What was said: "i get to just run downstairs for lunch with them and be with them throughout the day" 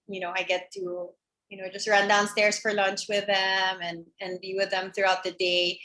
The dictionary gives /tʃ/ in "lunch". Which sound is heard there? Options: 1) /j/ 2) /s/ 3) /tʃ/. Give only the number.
3